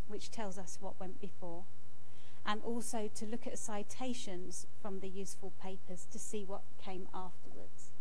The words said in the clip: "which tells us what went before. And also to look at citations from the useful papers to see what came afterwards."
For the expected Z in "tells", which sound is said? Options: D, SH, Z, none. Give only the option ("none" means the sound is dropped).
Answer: Z